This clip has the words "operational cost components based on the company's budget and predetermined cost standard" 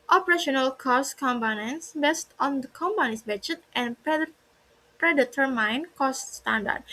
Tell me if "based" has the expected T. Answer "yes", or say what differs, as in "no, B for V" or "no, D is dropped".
yes